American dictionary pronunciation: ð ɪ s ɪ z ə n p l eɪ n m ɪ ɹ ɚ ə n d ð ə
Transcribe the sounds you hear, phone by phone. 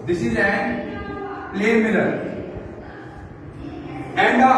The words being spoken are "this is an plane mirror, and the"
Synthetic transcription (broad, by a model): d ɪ s ɪ z ə n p l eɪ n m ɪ l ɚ ə n d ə